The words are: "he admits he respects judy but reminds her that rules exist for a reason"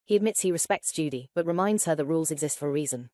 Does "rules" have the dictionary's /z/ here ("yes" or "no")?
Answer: yes